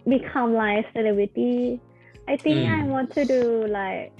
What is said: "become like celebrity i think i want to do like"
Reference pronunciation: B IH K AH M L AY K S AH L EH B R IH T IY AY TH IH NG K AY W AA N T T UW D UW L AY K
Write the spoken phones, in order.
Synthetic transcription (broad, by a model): B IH K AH M L AY K S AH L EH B R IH T IY AY T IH NG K AY W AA N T T UW D UW L AY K